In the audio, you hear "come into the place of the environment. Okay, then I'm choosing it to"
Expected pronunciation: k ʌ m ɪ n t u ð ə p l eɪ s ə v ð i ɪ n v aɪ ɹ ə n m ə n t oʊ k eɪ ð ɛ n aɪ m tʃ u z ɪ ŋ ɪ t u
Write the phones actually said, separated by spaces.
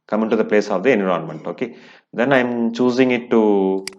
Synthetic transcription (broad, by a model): k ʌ m ɪ n t u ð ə p l eɪ s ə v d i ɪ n i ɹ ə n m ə n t oʊ k eɪ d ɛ n aɪ m tʃ u z ɪ ŋ ɪ t u